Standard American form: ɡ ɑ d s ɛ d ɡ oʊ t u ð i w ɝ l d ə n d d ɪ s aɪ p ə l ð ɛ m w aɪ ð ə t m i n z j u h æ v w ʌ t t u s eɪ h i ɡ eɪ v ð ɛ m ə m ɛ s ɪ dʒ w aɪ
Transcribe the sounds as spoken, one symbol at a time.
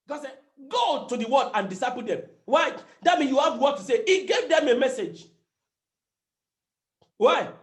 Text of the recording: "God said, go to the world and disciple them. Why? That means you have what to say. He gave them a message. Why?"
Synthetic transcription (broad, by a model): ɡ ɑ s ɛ ɡ oʊ t u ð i w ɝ d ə n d d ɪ s aɪ p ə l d ɛ m w aɪ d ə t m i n j u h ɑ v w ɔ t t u s eɪ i ɡ eɪ v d ɛ m ə m ɛ s ɪ dʒ w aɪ